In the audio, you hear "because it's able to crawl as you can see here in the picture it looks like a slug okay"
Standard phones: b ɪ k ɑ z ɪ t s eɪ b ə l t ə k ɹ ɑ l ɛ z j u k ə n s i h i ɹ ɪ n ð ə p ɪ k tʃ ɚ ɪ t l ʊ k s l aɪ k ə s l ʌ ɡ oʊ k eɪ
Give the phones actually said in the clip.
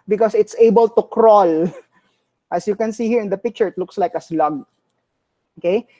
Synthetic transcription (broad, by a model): b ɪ k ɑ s ɪ t s eɪ b ə l t ə k ɹ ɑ l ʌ s j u k ə n s i h i ɹ ɪ n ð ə p ɪ k tʃ ɚ ɪ t l ʊ k s l aɪ k ə s l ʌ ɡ oʊ k eɪ